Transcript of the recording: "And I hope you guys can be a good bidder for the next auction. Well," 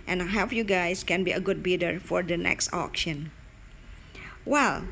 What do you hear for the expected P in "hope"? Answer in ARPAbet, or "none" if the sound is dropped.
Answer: F